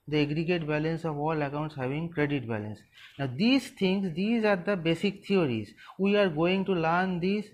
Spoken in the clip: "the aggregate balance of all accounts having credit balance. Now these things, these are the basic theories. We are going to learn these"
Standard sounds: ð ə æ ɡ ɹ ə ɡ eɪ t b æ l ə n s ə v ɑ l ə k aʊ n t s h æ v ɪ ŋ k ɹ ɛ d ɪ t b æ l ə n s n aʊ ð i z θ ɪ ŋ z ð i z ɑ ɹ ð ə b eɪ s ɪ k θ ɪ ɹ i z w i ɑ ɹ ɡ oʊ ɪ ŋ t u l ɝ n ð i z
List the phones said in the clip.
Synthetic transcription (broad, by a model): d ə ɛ ɡ ɹ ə ɡ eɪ t b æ l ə n s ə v ɑ l ə k aʊ n t s h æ v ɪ ŋ k ɹ ɛ d ɪ t b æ l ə n s n aʊ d i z t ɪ ŋ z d i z ɑ ɹ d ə b eɪ s ɪ k t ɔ ɹ i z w i ɑ ɹ ɡ oʊ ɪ ŋ t u l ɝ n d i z